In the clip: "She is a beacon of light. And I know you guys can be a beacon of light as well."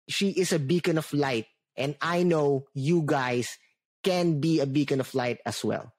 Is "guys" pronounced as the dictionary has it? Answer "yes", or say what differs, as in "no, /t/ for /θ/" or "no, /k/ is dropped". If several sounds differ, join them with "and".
no, /s/ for /z/